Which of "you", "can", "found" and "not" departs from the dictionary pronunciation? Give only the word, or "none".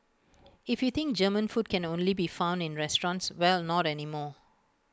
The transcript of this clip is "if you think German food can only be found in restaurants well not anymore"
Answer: none